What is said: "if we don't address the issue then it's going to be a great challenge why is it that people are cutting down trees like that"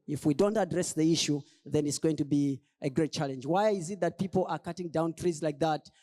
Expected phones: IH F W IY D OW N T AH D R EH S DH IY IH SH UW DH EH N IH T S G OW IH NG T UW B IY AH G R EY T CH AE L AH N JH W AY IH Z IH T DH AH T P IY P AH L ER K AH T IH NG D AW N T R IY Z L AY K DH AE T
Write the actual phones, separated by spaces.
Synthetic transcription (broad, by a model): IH F W IY D OW N T AH D R EH S DH IY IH SH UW DH EH N IH T S G OW IH NG T UW B IY AH G R EY T CH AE L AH N JH W AY IH Z IH T DH AH T P IY P L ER K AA T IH NG D AW N T R IY Z L AY K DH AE T